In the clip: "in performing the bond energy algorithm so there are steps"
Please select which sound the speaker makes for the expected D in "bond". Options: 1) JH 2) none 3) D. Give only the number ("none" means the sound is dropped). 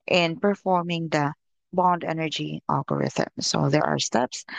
3